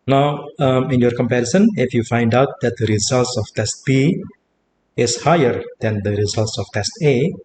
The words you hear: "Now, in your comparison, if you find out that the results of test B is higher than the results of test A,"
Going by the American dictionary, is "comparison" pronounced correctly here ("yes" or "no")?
yes